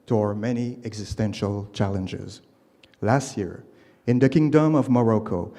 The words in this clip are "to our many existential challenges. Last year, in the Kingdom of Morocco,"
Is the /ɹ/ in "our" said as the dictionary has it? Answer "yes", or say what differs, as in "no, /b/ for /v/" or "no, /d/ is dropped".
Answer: yes